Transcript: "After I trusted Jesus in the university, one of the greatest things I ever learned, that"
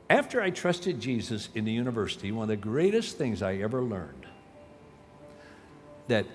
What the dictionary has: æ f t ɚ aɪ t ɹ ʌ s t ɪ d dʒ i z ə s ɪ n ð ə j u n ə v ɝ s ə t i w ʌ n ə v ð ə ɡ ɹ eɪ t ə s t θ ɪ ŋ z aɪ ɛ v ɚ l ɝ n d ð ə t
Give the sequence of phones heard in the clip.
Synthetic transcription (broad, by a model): æ f t ɚ aɪ t ɹ ʌ s t ɪ d dʒ i z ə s ɪ n ð ə j u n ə v ɝ s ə t i w ʌ n ə v ð ə ɡ ɹ eɪ t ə s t θ ɪ ŋ z aɪ ɛ v ɚ l ɝ n ð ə t